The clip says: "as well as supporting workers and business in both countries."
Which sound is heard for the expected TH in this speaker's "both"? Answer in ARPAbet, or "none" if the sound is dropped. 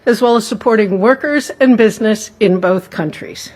TH